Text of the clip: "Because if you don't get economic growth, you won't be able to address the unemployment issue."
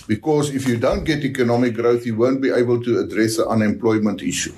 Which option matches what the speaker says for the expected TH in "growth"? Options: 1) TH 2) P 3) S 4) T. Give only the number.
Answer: 1